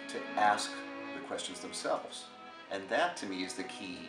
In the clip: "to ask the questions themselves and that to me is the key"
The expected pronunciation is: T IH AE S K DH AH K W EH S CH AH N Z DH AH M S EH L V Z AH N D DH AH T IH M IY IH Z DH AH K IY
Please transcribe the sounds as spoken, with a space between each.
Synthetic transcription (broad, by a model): T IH AE S K DH AH K W EH S CH AH N Z DH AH M S EH L V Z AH N DH AH T IH M IY IH Z DH AH K IY